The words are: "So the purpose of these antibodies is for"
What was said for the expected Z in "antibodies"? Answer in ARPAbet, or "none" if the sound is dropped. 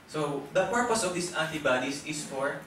S